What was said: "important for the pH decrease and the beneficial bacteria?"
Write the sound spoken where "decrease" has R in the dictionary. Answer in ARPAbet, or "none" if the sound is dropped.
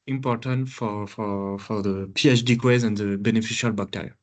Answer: none